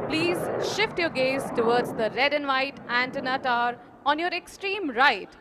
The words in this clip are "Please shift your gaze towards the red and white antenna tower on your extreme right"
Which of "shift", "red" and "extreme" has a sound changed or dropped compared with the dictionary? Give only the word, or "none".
none